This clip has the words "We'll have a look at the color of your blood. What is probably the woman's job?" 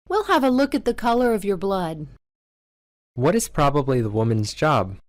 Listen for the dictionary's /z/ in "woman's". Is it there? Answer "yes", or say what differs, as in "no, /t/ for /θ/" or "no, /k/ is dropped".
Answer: yes